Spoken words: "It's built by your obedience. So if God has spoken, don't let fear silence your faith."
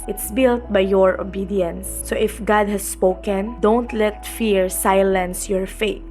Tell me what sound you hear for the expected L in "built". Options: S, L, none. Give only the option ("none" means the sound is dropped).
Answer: L